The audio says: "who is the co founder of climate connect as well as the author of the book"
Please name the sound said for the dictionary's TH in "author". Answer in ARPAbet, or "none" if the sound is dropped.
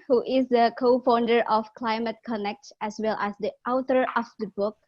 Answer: T